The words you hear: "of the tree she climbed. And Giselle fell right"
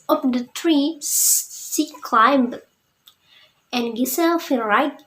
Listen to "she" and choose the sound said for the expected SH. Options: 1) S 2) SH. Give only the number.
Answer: 1